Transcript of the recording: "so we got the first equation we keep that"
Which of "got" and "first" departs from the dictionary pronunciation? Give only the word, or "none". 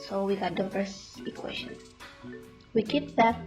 first